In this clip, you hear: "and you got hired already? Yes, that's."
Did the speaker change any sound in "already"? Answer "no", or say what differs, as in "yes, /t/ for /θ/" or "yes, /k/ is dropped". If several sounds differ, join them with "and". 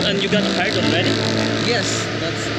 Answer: yes, /n/ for /l/